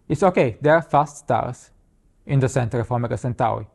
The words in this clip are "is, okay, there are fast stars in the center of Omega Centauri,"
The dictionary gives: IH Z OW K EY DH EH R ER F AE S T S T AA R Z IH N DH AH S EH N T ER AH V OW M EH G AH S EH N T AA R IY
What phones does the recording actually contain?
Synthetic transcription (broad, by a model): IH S OW K EY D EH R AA F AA S T S T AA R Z IH N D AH S EH N T ER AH F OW M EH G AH S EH N T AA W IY